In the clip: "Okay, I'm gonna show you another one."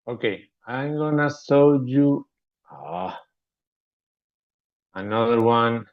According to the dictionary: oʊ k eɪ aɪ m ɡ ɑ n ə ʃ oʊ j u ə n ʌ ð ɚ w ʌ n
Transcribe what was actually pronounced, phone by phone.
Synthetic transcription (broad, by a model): oʊ k eɪ aɪ m ɡ ɑ n ə s oʊ j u ə n ʌ ð ɚ w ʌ n